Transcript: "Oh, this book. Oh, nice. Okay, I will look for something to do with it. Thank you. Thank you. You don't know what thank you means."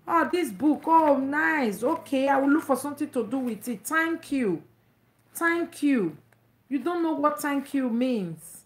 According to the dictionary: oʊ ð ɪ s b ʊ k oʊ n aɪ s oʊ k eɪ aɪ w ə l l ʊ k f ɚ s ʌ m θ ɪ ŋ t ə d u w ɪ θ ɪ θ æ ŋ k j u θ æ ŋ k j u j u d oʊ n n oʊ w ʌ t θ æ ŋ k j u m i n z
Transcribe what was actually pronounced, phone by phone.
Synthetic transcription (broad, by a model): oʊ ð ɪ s b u k oʊ n aɪ s oʊ k eɪ aɪ w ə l l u k f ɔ s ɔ m t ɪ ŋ t ə d u w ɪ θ ɪ t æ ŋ k j u t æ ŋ k j u j u d oʊ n n oʊ w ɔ t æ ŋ k j u m i n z